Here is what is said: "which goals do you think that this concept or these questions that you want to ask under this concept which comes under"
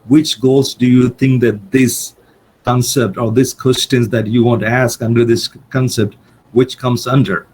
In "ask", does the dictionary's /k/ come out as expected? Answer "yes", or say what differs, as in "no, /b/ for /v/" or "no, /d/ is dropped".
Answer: yes